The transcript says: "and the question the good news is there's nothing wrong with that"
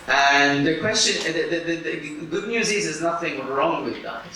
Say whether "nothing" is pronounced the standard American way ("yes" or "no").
yes